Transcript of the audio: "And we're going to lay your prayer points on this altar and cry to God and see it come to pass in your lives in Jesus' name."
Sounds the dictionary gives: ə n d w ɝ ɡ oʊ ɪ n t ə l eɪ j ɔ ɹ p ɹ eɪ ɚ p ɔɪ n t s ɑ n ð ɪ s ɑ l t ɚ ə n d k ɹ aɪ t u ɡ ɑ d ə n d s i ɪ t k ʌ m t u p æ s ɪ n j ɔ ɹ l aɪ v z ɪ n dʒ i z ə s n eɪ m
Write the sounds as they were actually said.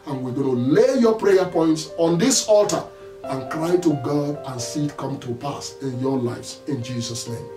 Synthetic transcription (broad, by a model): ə n w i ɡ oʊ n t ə l eɪ j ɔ p ɹ eɪ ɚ p ɔɪ n t s ɑ n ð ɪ s ɑ l t ɚ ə n k ɹ aɪ t u ɡ ɑ d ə n s i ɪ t k ʌ m t u p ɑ s ɪ n j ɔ l aɪ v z ɪ n dʒ i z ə s n eɪ m